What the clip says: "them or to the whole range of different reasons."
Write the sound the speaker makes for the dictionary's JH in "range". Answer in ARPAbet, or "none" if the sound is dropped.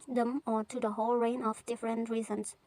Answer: none